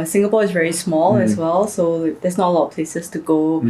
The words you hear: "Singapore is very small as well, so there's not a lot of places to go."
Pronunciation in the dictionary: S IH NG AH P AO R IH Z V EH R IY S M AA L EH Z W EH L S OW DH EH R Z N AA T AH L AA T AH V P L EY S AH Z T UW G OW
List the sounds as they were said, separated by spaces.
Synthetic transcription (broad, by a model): S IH NG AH P AO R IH S V EH R IY S M AA L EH S W EH L S OW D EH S N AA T AH L AA T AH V P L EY S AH S T UW G OW